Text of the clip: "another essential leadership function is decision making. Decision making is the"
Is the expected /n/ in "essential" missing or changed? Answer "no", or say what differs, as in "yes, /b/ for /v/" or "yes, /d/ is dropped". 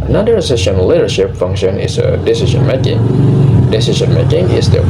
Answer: yes, /n/ is dropped